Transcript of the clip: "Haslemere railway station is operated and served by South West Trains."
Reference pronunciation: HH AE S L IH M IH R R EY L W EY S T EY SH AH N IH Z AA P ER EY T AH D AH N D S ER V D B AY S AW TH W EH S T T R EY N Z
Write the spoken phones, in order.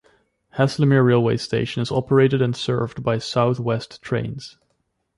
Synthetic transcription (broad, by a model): HH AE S L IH M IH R R EY L W EY S T EY SH AH N IH Z AA P ER EY T AH D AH N S ER V D B AY S AW TH W EH S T T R EY N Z